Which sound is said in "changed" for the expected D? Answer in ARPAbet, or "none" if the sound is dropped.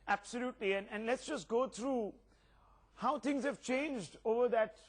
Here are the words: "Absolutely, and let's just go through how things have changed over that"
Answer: D